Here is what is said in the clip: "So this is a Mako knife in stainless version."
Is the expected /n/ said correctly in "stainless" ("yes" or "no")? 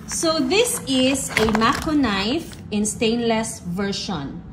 yes